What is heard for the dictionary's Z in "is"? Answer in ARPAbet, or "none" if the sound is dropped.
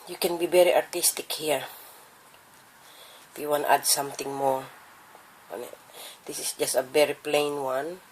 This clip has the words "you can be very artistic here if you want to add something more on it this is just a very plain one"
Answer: S